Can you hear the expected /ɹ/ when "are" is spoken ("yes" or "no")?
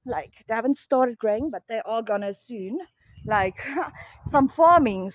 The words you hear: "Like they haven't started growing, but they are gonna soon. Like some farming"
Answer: no